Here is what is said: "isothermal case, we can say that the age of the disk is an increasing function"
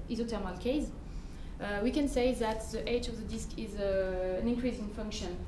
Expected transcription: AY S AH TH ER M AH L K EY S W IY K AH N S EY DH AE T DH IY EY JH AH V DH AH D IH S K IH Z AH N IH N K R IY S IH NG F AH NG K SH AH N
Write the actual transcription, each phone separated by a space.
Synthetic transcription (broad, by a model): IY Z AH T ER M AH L K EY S W IY K AH N S EY DH AE T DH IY EY JH AH V DH AH D IH S K IH Z AH N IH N K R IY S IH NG F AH NG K SH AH N